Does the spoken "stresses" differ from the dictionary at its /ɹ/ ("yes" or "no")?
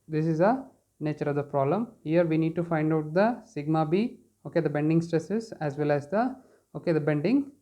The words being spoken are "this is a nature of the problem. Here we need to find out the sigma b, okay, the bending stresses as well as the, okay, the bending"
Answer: no